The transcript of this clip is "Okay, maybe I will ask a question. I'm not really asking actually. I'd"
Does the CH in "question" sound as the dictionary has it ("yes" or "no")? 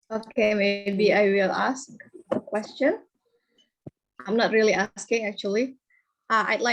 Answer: yes